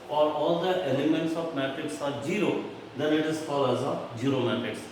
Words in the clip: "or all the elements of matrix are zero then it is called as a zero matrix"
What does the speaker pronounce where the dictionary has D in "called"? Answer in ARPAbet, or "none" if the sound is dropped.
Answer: none